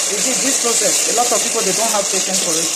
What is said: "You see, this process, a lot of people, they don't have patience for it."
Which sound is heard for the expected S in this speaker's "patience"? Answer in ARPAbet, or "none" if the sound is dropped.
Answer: none